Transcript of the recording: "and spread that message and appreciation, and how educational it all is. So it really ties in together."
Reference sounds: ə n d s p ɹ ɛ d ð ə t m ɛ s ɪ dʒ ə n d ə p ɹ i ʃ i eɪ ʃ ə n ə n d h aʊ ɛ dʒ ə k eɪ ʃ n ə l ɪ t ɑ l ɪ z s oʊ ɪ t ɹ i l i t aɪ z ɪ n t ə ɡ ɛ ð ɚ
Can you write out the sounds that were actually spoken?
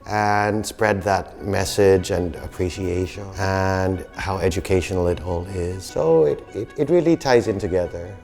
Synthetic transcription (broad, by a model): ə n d s p ɹ ɛ d ð ə t m ɛ s ɪ dʒ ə n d ə p ɹ i ʃ i eɪ ʃ ə n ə n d h aʊ ɛ dʒ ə k eɪ ʃ n l ɪ t ɑ l ɪ z s oʊ ɪ t ɹ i l i t aɪ z ɪ n t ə ɡ ɛ ð ɚ